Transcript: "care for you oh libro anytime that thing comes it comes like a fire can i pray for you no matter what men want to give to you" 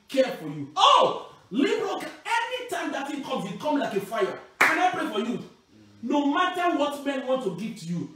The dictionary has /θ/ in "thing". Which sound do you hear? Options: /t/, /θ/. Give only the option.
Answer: /t/